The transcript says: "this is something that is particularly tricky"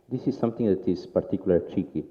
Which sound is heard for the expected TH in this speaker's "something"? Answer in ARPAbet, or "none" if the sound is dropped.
T